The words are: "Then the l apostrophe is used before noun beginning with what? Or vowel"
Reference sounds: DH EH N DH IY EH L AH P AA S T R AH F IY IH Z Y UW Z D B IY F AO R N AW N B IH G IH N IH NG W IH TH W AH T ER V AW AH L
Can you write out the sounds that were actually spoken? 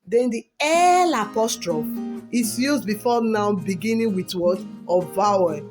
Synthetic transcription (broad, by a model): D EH N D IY EH L AH P AA S T R AH F IY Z Y UW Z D B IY F AO N AW B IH G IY N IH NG W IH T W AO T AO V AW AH